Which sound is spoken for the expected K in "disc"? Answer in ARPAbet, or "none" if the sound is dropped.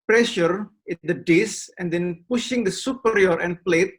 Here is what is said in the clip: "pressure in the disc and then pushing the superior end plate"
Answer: none